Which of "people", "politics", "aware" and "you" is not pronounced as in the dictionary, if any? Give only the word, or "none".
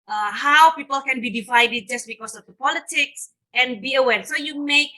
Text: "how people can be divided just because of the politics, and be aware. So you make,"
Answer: none